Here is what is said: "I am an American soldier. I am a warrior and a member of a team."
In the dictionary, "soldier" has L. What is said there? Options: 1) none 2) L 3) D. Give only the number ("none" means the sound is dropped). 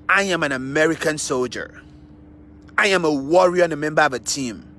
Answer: 2